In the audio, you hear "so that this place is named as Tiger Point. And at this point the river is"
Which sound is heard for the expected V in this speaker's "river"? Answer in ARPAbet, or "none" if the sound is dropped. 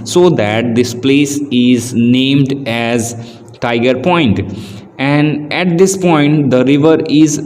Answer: V